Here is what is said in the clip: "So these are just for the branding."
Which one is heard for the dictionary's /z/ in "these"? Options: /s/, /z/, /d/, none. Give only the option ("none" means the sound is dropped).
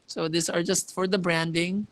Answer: /s/